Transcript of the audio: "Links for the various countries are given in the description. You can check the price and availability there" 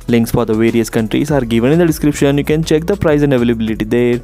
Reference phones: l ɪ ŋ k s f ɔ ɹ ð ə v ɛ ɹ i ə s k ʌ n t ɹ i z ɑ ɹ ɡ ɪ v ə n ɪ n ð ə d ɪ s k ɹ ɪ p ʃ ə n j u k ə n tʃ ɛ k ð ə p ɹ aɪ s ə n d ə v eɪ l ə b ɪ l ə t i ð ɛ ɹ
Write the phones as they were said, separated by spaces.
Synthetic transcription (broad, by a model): l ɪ ŋ k s f ɔ ɹ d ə v ɛ ɹ i ə s k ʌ n t ɹ i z ɑ ɹ ɡ ɪ v ə n ɪ n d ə d ɪ s k ɹ ɪ p ʃ ə n j u k ə n tʃ ɛ k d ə p ɹ aɪ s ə n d ə v eɪ l ə b ɪ l ə t i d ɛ ɹ